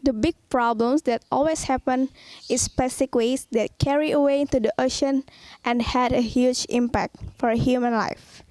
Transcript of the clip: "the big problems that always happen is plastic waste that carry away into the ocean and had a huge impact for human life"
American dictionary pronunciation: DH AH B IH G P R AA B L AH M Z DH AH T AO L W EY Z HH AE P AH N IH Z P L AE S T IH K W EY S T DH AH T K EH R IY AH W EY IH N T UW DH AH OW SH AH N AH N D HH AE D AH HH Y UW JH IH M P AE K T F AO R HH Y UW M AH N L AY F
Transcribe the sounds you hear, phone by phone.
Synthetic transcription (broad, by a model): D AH B IH G P R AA B L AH M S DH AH T AO L W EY S HH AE P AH N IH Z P EH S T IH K W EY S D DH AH T K EH R IY AH W EY IH N T UW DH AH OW SH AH N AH N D HH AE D AH HH Y UW JH IH M P AE K T F AO R HH Y UW M AH N L AY F